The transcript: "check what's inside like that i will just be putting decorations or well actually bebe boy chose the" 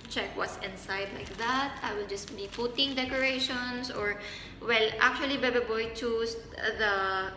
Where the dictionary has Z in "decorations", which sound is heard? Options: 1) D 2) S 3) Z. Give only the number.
2